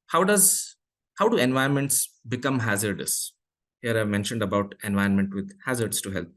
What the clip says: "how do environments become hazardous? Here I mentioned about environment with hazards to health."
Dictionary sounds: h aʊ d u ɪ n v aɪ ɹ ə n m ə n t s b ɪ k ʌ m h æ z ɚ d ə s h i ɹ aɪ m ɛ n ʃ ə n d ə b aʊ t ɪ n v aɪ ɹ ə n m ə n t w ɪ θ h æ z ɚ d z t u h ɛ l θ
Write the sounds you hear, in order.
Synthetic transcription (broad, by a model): h aʊ d u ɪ n v aɪ ə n m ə n t s b ɪ k ʌ m h æ z ɚ d ə s h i ɹ aɪ m ɛ n ʃ ə n d ə b aʊ t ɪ n v aɪ ə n m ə n t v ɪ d h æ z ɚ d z t u h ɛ l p